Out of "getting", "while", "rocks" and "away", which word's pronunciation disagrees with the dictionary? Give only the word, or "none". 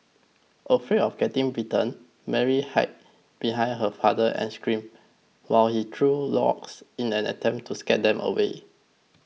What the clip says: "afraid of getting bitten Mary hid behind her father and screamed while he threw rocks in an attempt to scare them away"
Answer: rocks